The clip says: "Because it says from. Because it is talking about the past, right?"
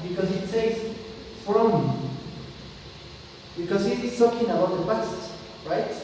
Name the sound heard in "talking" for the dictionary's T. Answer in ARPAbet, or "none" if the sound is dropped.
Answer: S